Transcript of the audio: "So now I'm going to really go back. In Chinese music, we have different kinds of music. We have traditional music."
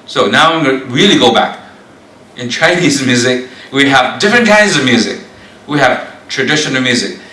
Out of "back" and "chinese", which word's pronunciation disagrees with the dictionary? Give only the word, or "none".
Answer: none